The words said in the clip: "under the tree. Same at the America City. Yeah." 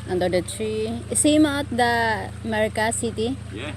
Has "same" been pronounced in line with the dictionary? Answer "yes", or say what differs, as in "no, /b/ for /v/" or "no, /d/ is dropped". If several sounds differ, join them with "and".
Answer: yes